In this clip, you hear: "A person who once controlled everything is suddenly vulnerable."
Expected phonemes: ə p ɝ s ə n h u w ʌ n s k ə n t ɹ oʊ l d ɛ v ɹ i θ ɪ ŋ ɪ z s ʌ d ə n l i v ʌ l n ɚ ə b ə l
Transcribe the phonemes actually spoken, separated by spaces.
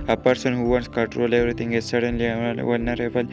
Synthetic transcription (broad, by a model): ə p ɝ s ə n h u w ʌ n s k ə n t ɹ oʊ l ɛ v ɹ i t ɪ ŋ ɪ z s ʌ d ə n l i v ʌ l n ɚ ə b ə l